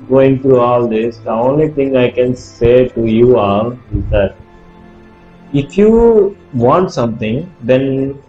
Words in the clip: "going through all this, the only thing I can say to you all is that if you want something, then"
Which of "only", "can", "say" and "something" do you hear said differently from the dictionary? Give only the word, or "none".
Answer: something